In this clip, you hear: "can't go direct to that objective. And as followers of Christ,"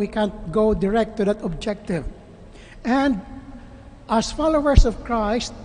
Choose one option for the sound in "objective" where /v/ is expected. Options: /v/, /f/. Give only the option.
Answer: /v/